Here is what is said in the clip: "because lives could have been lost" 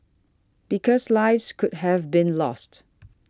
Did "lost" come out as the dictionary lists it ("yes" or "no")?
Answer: yes